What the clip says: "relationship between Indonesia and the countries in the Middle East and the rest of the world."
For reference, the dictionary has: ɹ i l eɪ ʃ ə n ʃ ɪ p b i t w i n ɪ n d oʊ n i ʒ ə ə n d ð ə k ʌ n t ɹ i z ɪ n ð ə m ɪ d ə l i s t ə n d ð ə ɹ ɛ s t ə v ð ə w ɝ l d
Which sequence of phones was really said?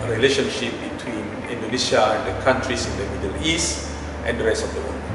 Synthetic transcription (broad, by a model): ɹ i l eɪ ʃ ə n ʃ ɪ p b i t w i n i n d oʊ n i s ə ə n d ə k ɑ n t ɹ i s ɪ n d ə m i d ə l i s t ə n d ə ɹ ɛ s t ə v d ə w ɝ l